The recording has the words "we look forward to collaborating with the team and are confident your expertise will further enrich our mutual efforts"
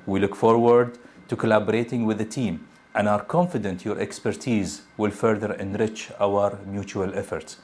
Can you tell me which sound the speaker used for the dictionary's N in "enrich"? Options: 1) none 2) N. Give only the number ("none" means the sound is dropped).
2